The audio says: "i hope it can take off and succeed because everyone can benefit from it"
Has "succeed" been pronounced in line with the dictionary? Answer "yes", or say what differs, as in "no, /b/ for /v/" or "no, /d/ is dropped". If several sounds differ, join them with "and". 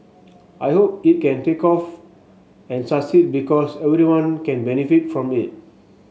no, /k/ is dropped